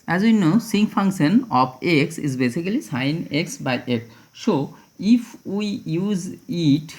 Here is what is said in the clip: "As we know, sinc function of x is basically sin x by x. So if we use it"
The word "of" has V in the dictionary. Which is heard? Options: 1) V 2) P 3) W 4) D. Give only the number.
2